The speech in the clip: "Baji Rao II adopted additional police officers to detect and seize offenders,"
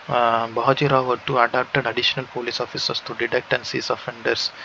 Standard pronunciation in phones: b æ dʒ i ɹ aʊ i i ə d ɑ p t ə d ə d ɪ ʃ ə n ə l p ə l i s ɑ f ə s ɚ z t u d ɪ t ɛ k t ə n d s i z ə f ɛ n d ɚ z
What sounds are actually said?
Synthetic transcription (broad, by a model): b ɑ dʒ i ɹ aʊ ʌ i ə d ɑ p t ə d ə d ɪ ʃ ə n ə l p ə l i s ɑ f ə s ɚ s t u d ɪ t ɛ k t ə n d s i s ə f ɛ n d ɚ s